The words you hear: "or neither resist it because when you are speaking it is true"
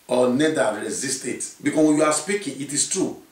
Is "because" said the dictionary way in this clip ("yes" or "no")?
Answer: no